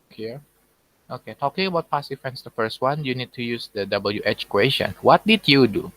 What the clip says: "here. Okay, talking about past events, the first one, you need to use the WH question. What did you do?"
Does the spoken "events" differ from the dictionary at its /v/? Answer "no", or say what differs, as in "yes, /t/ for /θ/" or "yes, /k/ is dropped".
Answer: yes, /f/ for /v/